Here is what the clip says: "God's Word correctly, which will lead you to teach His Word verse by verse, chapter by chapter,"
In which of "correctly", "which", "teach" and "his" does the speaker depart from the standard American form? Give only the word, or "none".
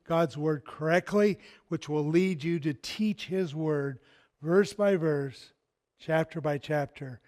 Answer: none